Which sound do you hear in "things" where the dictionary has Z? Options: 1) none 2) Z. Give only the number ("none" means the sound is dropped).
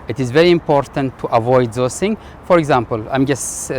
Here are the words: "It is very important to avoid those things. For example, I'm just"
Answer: 1